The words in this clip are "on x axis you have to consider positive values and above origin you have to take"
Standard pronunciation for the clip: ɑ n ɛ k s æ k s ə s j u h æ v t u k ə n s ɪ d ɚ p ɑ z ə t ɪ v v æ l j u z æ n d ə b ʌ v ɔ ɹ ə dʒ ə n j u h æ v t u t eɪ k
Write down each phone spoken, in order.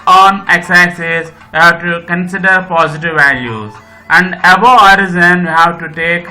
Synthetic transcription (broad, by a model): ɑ n ɛ k s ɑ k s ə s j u h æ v t u k ə n s ɪ d ɚ p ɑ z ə t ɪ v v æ l j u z æ n d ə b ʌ ɔ ɹ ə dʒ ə n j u h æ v t u t eɪ k